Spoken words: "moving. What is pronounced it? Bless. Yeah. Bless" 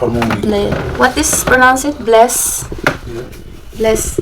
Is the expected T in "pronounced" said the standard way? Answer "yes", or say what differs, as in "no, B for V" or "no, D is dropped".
no, T is dropped